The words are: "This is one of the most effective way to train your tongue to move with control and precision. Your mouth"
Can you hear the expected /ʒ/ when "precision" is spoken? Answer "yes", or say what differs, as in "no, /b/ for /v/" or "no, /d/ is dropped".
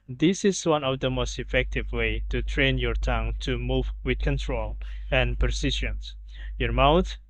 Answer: no, /ʃ/ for /ʒ/